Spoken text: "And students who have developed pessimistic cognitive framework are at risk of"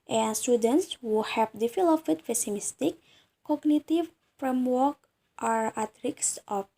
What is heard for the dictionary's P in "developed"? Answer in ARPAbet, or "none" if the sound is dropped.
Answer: F